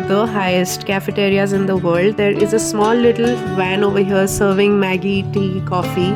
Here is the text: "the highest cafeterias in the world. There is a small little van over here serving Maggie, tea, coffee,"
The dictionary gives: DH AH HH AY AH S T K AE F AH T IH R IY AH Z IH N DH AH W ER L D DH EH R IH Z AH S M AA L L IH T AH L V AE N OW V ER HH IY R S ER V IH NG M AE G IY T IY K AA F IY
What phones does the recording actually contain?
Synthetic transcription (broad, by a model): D AH HH AY AH S T K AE F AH T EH R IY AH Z IH N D AH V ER L D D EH R IH Z AH S M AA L L IH T AH L V AE N OW V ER HH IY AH S ER V IH NG M AE G IY T IY K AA F IY